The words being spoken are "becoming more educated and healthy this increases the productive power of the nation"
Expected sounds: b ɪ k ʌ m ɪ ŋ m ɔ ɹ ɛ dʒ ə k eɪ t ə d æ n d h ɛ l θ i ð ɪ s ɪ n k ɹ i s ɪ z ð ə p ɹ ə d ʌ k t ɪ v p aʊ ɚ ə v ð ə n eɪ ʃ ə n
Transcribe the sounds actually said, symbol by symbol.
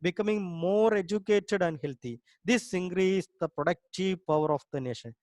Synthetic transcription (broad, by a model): b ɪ k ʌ m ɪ ŋ m ɔ ɹ ɛ dʒ ə k eɪ t ə d æ n d h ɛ l t i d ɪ s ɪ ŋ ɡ ɹ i ɪ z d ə p ɹ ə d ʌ k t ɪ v p aʊ ɚ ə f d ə n eɪ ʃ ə n